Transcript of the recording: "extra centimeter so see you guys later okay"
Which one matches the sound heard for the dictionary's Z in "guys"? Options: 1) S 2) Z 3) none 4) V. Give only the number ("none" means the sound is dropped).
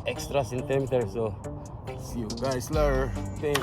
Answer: 1